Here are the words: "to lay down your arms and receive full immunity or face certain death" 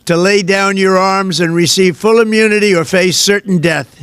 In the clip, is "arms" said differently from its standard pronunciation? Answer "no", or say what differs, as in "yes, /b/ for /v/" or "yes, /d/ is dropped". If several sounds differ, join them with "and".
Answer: no